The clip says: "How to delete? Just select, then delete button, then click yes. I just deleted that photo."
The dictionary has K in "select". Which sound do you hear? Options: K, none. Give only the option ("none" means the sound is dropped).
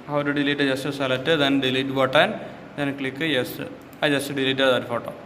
none